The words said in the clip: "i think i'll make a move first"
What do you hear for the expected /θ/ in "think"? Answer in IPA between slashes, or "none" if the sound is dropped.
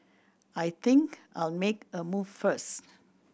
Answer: /t/